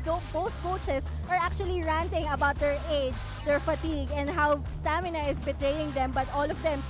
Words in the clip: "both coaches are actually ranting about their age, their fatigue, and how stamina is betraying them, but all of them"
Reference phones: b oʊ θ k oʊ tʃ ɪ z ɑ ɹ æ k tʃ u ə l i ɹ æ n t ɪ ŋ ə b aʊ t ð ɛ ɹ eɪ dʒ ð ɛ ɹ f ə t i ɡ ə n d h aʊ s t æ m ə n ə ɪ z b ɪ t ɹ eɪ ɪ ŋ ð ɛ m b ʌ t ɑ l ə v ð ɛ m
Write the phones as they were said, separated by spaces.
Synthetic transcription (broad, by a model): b oʊ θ k oʊ tʃ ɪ s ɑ ɹ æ k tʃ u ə l i ɹ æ n t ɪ ŋ ə b aʊ t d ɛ ɹ eɪ dʒ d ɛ ɹ f ə t i ɡ ə n d h aʊ s t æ m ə n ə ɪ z b ɪ t ɹ eɪ ɪ ŋ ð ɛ m b ʌ t ɑ l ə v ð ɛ m